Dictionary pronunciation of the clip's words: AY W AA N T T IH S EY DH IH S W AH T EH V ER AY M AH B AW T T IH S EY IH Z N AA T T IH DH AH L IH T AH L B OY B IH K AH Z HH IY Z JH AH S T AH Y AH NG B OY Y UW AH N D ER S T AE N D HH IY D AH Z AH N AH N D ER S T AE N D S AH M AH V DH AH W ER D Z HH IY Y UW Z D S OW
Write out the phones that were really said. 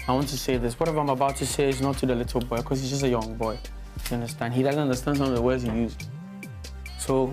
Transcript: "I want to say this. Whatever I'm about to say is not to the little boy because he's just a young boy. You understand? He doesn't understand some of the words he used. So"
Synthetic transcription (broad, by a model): AY W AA N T T IH S EY DH IH S W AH T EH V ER AY M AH B AW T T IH S EY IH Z N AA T T IH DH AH L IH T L B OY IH K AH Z HH IY Z JH AH S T AH Y AH NG B OY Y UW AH N D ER S T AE N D HH IY D AH Z AH N AH N D ER S T AE N D S AH M AH V DH AH W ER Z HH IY Y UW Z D S OW